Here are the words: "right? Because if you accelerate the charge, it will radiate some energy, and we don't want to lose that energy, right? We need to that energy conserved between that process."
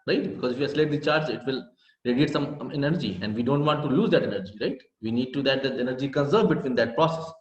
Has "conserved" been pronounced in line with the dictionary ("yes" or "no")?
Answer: no